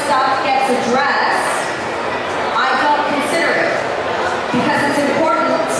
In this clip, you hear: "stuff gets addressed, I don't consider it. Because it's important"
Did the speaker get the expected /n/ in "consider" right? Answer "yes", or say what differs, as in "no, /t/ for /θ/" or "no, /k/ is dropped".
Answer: yes